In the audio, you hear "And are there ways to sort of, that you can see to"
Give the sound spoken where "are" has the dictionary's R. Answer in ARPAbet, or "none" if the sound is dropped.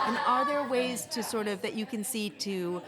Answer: L